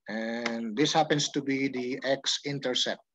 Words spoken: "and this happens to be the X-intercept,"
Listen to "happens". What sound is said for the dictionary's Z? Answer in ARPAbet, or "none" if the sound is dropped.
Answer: S